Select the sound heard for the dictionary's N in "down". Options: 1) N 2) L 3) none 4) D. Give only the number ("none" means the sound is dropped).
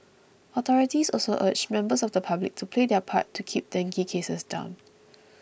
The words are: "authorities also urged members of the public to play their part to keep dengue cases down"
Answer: 1